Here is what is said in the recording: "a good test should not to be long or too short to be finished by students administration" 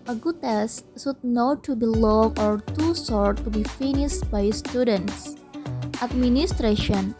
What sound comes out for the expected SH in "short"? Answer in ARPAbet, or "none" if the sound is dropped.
S